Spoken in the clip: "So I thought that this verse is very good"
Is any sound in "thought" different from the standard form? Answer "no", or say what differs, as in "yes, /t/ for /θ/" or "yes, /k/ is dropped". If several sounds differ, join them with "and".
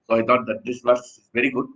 yes, /t/ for /θ/